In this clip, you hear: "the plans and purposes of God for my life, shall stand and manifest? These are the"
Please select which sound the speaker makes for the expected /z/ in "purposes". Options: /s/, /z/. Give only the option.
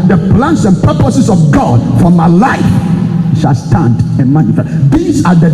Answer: /s/